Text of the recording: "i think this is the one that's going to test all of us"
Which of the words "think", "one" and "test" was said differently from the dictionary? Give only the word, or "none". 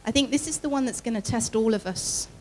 none